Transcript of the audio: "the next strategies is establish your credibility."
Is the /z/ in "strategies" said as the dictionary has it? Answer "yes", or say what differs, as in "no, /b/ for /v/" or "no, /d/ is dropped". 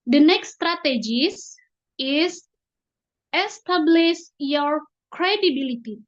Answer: no, /s/ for /z/